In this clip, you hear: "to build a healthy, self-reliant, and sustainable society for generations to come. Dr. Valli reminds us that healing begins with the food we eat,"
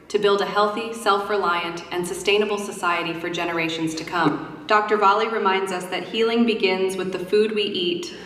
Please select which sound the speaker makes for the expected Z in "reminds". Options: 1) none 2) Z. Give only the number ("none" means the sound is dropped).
2